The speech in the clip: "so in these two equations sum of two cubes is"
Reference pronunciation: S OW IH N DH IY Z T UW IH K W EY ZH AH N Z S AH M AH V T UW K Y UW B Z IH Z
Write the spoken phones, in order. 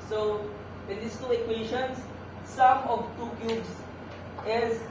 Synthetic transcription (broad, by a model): S OW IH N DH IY S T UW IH K W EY SH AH N S AH M AH V T UW K Y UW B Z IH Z